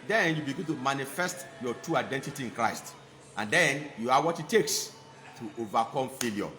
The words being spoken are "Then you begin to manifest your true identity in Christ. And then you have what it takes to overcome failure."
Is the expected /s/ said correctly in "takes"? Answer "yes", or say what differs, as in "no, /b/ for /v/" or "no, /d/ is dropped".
yes